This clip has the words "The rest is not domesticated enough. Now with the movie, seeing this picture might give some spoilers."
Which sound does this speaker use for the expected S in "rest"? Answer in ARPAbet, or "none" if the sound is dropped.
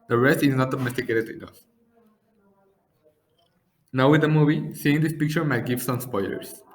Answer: S